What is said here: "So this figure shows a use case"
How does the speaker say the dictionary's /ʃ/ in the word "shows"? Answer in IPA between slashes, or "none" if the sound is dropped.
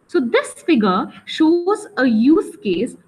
/ʃ/